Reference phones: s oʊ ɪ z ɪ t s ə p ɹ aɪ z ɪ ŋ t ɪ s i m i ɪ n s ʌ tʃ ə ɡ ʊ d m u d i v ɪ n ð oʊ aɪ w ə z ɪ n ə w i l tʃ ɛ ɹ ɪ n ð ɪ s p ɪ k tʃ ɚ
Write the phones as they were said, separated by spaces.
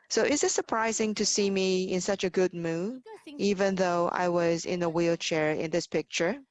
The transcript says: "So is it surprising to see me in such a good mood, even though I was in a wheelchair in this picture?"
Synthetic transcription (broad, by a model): s oʊ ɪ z ɪ t s ə p ɹ aɪ z ɪ ŋ t ɪ s i m i ɪ n s ʌ tʃ ə ɡ ʊ d m u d i v ɪ n ð oʊ aɪ w ə z ɪ n ə w i l tʃ ɛ ɹ ɪ n ð ɪ s p ɪ k tʃ ɚ